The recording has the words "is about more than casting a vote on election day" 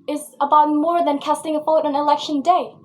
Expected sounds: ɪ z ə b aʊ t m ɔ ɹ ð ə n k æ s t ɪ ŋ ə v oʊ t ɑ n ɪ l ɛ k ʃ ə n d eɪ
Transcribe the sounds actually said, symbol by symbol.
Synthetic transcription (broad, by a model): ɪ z ə b aʊ t m ɔ ɹ ð ə n k æ s t ɪ ŋ ə p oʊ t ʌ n ɪ l ɛ k ʃ ə n d eɪ